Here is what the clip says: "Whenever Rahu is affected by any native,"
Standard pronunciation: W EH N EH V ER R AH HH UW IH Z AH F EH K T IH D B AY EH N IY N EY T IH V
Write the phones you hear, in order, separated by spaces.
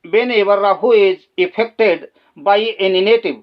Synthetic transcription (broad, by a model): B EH N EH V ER R AH HH UW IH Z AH P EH K T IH D B AY EH N IY N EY T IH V